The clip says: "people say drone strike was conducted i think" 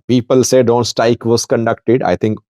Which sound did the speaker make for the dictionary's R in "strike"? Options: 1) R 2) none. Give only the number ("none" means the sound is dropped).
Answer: 2